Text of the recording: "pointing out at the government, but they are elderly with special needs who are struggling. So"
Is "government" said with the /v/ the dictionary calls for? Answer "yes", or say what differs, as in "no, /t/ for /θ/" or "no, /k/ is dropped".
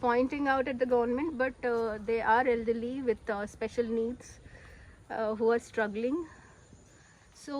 yes